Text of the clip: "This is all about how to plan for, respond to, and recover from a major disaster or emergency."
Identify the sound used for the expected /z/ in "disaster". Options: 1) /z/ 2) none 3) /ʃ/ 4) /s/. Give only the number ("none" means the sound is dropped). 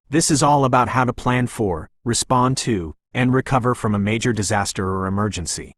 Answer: 1